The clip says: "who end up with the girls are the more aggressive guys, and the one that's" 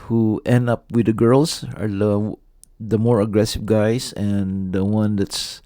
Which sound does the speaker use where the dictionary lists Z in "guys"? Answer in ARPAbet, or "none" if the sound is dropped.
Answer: S